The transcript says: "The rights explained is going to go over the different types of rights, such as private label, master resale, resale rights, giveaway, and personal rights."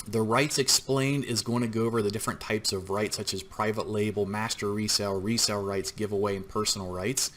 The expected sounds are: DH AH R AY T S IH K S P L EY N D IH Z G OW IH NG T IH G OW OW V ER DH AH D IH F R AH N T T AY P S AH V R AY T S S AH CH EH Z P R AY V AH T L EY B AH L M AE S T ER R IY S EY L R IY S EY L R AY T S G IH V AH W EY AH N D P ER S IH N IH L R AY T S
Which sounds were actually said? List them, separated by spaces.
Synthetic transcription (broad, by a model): DH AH R AY T S IH K S P L EY N D IH Z G OW IH NG T IH G OW OW V ER DH AH D IH F R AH N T T AY P S AH V R AY T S S AH CH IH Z P R AY V AH T L EY B L M AE S T ER R IY S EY L R IY S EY L R AY T S G IH V AH W EY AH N P ER S N L R AY T S